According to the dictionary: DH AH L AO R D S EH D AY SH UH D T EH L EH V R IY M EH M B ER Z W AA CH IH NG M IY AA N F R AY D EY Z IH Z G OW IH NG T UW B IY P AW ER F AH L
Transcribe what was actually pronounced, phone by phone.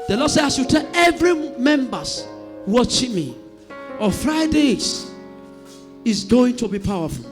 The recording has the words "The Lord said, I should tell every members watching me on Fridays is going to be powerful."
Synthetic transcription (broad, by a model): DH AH L AO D S EH D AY S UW T EH L EH V R IY M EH M B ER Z W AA CH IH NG M IY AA F R AY D EY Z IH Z G OW IH NG T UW B IY P AW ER F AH L